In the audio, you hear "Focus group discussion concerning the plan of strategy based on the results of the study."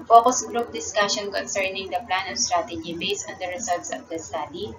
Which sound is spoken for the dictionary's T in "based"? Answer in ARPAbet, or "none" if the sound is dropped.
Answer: none